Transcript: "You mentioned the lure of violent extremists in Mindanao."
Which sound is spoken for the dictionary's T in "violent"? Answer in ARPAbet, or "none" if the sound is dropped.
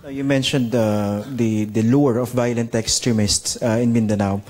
T